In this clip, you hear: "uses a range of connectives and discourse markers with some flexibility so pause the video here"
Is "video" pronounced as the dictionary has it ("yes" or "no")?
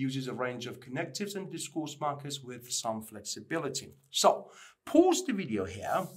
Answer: yes